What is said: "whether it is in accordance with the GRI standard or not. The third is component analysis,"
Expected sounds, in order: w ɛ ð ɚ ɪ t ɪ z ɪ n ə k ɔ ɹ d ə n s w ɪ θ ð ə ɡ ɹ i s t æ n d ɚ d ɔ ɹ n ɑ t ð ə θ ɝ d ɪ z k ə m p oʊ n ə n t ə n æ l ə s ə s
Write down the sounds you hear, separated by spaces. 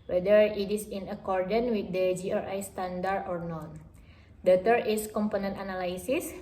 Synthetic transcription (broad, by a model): w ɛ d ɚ ɪ t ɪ s ɪ n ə k ɔ ɹ d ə n w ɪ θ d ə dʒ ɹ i s t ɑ n d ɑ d ɔ ɹ n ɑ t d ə t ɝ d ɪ s k ə m p oʊ n ə n t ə n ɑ l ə s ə s